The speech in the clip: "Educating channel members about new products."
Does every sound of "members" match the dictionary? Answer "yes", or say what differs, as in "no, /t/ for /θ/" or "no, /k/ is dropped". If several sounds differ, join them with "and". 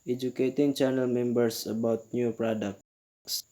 no, /s/ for /z/